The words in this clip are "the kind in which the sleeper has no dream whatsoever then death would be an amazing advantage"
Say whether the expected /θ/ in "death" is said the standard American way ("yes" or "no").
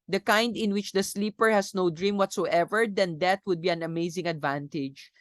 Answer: no